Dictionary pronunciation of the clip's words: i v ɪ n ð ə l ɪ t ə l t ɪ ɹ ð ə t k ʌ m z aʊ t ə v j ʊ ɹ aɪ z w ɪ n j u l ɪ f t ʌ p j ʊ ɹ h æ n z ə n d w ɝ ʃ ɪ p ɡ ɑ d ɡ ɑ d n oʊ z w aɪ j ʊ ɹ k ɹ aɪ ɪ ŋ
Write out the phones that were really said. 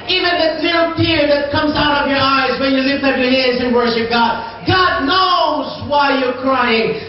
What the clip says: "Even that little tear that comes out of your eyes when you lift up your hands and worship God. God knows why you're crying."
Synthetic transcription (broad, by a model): i v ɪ n ð ə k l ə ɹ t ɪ ɹ ð ə t k ʌ m z aʊ t ə v j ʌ ɹ aɪ z w ɪ n j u l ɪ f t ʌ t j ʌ ɹ h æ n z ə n w ɝ ʃ ɪ p ɡ ɑ d ɡ ɑ d n oʊ z w aɪ j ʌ ɹ k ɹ aɪ ɪ ŋ